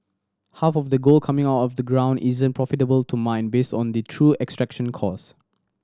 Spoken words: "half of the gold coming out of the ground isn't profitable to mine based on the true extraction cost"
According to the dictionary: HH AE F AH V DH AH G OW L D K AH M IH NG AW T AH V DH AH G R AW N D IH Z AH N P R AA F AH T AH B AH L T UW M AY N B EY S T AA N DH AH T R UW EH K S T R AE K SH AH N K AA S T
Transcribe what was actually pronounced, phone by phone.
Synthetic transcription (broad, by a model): HH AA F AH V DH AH G OW L K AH M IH NG AW T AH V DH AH G R AW N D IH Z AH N P R AA F AH T AH B AH L T UW M AY N B EY S T AA N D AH T R UW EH K S T R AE K SH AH N K AA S